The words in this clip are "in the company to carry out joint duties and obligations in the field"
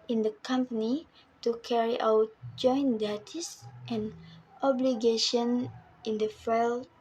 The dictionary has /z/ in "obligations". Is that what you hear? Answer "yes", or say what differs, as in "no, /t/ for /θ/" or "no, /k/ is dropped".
no, /z/ is dropped